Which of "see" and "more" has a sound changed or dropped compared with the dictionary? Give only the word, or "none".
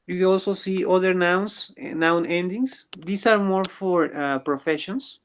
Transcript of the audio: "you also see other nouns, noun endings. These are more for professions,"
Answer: none